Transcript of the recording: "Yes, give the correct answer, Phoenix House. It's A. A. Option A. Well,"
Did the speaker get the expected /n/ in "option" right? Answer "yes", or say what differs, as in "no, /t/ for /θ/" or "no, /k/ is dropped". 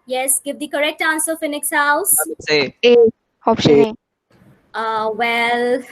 no, /n/ is dropped